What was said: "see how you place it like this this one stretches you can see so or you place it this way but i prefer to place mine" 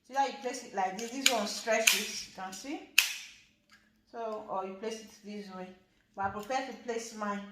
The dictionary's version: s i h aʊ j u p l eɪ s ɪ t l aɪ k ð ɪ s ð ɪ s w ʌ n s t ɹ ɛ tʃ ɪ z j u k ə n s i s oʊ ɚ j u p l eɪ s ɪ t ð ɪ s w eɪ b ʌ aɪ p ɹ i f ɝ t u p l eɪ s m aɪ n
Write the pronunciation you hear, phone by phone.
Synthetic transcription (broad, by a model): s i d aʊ j u p l eɪ s ɪ t l aɪ k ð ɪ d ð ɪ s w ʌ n s t ɹ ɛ s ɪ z j u k ə n s i s oʊ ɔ j u p l eɪ s ɪ t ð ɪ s w eɪ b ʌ aɪ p ɹ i p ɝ t u p l eɪ s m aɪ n